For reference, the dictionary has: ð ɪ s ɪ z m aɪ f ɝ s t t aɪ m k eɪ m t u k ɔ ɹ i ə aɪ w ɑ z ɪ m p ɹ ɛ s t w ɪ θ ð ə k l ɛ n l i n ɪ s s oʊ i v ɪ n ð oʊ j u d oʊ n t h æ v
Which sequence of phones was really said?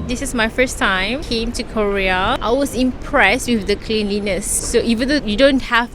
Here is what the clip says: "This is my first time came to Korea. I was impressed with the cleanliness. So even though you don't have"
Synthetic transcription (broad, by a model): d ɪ s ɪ s m aɪ f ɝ s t t aɪ m k eɪ m t u k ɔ ɹ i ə aɪ w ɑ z ɪ m p ɹ ɛ s t w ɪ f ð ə k l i n l i n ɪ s s oʊ i v ɪ n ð oʊ j u d oʊ n t h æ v